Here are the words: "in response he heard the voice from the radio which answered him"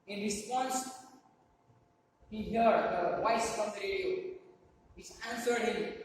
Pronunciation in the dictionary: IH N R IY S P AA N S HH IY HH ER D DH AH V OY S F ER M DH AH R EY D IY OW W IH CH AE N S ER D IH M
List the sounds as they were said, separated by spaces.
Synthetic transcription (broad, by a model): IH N R IY S P AA N S HH IY HH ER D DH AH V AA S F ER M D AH R EY D IY OW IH S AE N S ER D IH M